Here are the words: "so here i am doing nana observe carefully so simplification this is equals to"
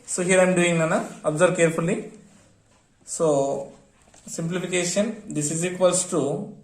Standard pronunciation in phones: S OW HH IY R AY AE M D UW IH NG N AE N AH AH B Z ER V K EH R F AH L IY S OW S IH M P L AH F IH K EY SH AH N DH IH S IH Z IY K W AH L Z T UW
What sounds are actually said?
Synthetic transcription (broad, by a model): S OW HH IY R AY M D UW IH NG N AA N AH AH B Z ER B K EH R F AH L IY S OW S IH M P L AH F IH K EY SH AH N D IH S IH Z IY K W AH L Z T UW